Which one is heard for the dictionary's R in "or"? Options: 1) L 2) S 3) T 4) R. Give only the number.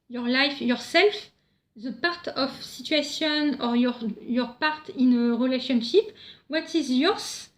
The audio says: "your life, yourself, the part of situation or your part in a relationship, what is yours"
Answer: 4